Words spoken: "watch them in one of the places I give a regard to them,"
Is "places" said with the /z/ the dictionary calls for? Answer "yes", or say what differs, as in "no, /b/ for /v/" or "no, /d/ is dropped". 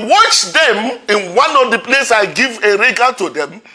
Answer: no, /z/ is dropped